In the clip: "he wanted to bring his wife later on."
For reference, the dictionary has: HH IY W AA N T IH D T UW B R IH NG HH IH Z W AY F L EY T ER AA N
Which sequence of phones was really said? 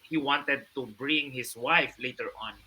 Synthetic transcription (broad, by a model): HH IY W AA N T IH D T UW B R IH NG HH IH S W AY F L EY T ER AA N